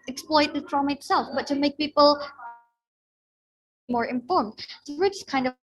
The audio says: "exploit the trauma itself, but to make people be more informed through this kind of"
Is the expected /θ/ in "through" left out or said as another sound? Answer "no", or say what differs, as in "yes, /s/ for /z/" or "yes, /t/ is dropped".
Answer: yes, /s/ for /θ/